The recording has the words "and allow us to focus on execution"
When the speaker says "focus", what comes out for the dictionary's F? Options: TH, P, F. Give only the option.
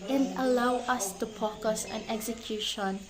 P